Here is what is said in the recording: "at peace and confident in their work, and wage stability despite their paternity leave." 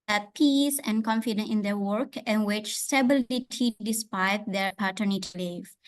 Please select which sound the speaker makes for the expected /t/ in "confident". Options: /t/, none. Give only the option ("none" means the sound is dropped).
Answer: none